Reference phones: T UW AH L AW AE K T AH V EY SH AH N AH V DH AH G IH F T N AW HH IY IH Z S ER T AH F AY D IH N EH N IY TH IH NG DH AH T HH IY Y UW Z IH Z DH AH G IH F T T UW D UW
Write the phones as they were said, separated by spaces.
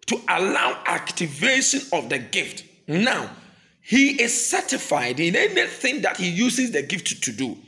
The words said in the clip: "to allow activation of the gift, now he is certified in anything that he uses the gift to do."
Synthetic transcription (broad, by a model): T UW AH L AW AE K T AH V EY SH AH N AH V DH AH G IH F T N AW HH IY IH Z S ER T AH F AY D IH N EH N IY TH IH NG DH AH T HH IY Y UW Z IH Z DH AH G IH F T T UW D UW